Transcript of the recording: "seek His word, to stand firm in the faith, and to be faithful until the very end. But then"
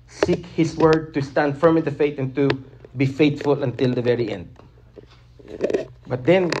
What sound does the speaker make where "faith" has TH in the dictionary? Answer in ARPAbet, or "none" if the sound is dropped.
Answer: T